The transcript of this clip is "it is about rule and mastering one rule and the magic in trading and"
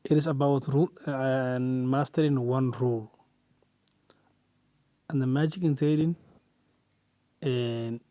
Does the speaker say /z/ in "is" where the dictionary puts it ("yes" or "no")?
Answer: no